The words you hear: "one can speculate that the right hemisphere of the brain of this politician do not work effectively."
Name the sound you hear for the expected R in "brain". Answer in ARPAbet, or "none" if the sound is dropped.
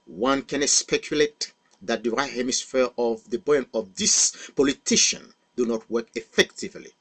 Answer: none